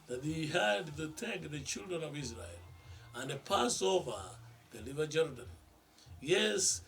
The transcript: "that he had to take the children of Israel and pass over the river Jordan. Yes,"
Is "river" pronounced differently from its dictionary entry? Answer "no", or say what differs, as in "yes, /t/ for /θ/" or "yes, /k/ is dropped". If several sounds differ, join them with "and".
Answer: yes, /l/ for /ɹ/